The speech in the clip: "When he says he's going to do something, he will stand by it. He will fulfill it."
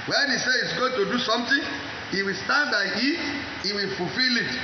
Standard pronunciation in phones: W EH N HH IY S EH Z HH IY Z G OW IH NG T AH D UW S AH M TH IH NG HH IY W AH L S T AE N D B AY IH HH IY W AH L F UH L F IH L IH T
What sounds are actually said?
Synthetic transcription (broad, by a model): W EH N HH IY S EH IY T G OW IH NG T AH D UW S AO M T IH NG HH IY W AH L S T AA N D B AY IH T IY W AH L F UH L F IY L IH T